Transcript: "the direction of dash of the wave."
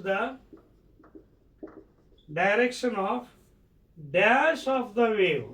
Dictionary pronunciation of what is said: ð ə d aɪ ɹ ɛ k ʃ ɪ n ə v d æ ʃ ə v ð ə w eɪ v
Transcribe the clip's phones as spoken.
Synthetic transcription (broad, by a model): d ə d aɪ ɹ ɛ k ʃ ɪ n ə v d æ s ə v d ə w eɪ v